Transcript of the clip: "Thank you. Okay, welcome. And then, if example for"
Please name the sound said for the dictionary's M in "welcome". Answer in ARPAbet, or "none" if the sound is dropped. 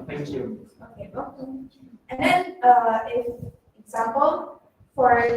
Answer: none